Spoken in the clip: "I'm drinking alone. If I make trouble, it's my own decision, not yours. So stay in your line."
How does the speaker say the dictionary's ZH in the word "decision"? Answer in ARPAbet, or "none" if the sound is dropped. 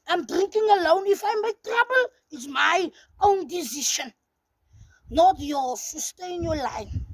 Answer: SH